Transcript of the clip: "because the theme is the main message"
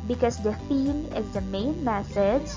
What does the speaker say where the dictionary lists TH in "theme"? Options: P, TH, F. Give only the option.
F